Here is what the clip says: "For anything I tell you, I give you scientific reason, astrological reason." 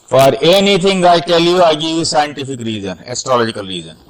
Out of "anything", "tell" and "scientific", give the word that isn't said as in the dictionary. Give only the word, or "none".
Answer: anything